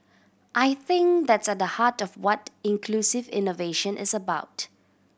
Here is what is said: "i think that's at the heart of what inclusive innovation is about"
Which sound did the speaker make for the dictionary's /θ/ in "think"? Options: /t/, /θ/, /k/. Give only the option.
/θ/